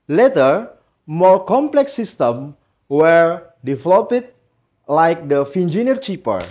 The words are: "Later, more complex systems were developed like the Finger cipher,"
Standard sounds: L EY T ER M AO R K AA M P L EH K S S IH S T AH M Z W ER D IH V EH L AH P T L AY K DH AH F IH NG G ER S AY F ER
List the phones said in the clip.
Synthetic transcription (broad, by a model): L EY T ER M AO R K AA M P L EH K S S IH S T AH M W ER D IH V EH L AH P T L AY K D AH F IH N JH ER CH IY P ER